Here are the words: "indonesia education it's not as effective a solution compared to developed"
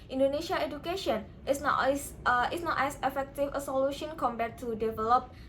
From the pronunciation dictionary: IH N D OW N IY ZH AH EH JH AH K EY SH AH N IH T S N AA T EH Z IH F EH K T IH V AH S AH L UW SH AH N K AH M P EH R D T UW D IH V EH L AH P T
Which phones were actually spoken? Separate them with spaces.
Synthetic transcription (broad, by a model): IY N D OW N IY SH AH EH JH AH K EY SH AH N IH S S N AA T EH S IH F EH K T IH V AH S AH L UW SH AH N K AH M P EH T UW D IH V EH L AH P